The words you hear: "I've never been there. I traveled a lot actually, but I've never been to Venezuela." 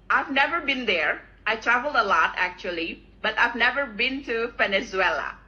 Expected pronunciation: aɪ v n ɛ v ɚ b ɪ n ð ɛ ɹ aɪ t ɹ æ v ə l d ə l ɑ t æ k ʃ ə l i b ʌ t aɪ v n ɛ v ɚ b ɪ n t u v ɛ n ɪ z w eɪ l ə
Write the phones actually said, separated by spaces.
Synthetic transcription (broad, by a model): aɪ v n ɛ v ɚ b ɪ n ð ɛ ɹ aɪ t ɹ æ v ə l d ə l ɑ t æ k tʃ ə l i b ʌ t aɪ v n ɛ v ɚ b ɪ n t u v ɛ n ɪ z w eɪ l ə